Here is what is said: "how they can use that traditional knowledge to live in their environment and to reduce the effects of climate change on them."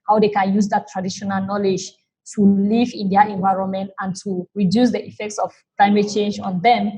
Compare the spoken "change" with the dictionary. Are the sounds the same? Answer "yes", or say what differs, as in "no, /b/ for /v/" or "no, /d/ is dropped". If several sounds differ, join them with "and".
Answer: yes